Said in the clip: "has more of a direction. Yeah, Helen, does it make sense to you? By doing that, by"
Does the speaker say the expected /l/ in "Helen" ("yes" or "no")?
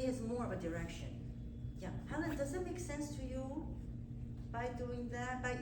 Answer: no